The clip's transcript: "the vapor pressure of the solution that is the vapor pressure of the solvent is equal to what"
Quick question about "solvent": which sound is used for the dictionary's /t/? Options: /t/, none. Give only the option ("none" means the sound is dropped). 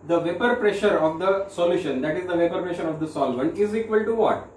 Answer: none